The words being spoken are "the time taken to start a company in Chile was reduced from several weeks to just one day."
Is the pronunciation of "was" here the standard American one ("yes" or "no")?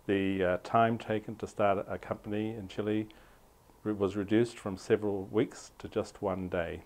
yes